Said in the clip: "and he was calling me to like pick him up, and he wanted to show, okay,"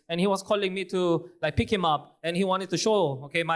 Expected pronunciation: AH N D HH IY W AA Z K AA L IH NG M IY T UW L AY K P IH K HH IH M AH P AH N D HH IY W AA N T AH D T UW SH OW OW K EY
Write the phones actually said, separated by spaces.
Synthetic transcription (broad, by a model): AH N HH IY W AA S K AA L IH NG M IY T UW L AY K P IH K HH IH M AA P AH N HH IY W AA N T AH D T UW SH OW OW K EY